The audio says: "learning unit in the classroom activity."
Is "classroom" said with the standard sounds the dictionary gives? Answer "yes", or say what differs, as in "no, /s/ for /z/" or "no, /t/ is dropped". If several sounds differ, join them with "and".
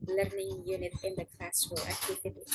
no, /m/ is dropped